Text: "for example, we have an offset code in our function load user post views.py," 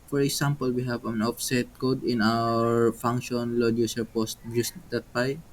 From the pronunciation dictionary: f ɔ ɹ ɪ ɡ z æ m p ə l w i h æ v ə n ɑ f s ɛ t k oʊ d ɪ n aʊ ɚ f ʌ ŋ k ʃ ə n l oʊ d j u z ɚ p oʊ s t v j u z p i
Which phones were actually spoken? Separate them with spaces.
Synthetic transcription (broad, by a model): f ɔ ɹ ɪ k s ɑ m p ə l w i h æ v ə n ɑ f s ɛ t k oʊ d ɪ n aʊ ɚ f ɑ ŋ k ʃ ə n l oʊ d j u s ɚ p oʊ s t b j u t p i